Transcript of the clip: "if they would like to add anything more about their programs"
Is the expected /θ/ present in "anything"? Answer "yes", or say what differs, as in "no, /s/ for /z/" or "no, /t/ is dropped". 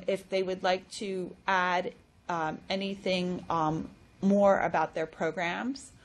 yes